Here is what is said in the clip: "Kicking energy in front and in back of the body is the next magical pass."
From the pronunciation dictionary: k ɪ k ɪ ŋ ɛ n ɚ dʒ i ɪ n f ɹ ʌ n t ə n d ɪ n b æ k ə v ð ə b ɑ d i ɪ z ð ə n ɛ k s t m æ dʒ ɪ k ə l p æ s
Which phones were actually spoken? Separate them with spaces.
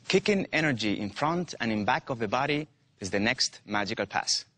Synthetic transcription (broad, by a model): k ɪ k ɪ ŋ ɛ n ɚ dʒ i ɪ n f ɹ ʌ n t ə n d ɪ n b æ k ə v ð ə b ɑ d i ɪ z ð ə n ɛ k s t m æ dʒ ɪ k ə l p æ s